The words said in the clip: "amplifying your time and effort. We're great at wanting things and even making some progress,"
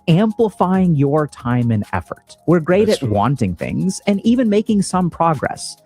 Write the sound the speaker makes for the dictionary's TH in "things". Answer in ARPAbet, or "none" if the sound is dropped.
TH